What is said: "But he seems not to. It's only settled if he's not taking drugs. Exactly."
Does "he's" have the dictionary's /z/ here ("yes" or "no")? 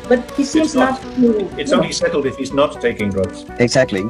yes